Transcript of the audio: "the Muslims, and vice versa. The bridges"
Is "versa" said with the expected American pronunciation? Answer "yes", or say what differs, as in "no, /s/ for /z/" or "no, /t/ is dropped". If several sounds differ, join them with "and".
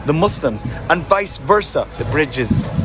yes